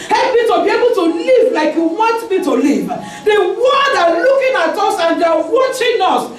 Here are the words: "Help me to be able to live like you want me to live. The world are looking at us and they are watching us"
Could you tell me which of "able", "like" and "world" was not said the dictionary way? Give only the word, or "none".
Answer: world